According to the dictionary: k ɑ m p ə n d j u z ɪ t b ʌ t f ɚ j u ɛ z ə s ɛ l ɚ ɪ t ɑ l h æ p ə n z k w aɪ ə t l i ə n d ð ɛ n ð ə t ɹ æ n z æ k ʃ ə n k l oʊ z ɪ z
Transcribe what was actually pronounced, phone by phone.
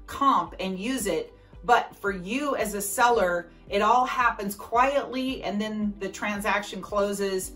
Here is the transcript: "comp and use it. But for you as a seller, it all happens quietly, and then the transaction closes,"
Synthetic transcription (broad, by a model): k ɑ m p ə n j u z ɪ t b ʌ t f ɚ j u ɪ z ə s ɛ l ɚ ɪ t ɑ l h æ p ə n z k w aɪ ə t l i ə n ð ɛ n ð ə t ɹ æ n z æ k ʃ ə n k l oʊ z ɪ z